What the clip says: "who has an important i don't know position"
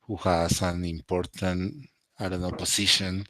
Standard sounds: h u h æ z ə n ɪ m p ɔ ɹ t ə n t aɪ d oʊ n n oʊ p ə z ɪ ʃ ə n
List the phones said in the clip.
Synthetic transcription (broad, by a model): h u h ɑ s ə n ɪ m p ɔ ɹ t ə n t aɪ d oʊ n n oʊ p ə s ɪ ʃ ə n